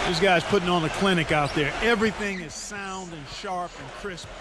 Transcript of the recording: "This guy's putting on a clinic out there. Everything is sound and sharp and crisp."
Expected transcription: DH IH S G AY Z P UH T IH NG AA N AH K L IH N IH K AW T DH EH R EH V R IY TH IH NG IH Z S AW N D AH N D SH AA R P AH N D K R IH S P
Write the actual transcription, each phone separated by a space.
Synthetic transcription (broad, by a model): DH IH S G AY Z P UH T IH NG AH N AH K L IH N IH K AW T DH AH R EH V R IY TH IH NG IH Z S AW N D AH N SH AA R P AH N K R IH S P